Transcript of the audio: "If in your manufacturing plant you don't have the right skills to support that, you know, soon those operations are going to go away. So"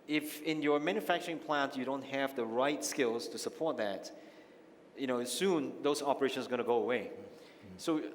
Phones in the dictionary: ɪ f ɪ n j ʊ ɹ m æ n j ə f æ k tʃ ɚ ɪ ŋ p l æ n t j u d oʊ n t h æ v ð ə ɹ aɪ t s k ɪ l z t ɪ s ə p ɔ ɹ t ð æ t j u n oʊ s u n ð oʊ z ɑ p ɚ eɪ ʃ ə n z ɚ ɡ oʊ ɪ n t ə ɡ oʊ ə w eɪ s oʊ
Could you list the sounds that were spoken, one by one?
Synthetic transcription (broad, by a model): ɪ f ɪ n j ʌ ɹ m æ n j ə f æ k tʃ ɚ ɪ ŋ p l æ n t j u d oʊ n t h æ v ð ə ɹ aɪ t s k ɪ l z t ɪ s ə p ɔ ɹ t ð æ t j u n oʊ s u n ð oʊ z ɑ p ɚ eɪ ʃ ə n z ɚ ɡ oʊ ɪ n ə ɡ oʊ ə w eɪ s oʊ